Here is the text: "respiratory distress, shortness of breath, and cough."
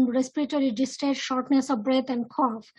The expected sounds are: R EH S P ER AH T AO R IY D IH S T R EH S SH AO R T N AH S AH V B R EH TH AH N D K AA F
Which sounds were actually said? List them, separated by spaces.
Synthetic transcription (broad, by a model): R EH S P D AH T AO R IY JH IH S T EH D SH AO R T N AH S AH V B R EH T AH N D K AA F